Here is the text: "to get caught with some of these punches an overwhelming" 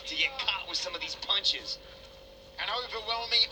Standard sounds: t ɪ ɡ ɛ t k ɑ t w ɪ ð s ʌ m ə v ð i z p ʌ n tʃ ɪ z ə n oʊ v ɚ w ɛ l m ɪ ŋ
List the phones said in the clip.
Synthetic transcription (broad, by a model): t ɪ ɡ ɛ t k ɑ t w ɪ ð s ʌ m ə v ð i z p ʌ n tʃ ɪ z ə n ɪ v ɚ w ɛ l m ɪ